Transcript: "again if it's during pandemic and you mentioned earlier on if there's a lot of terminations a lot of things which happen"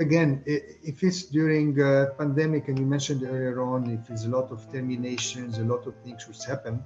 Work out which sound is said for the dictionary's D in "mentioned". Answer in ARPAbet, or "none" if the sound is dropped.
D